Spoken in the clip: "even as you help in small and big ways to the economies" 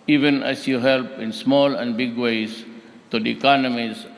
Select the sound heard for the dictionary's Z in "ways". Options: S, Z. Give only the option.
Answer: S